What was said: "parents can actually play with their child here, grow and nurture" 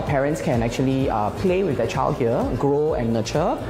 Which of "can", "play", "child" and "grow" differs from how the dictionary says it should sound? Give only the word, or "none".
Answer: none